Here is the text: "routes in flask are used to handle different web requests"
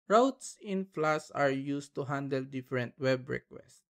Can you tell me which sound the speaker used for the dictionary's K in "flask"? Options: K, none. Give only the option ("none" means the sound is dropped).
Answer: none